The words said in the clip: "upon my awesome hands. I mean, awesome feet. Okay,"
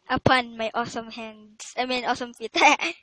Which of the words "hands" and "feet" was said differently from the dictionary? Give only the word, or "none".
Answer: hands